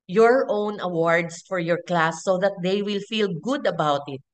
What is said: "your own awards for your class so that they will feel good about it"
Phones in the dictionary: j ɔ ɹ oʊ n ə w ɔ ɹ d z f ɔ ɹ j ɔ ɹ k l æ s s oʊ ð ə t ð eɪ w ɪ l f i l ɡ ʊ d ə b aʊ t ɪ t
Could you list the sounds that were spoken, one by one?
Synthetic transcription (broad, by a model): j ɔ ɹ oʊ n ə w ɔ ɹ d s f ɔ ɹ j ɔ ɹ k l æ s s oʊ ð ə t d eɪ w ɪ l f i l ɡ ʊ d ə b aʊ t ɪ t